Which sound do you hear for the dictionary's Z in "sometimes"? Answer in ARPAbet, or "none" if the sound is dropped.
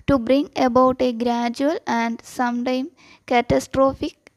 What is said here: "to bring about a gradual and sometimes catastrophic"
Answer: none